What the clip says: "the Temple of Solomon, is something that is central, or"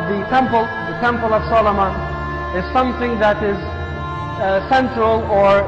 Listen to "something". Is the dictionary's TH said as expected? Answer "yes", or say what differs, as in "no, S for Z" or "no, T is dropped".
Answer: yes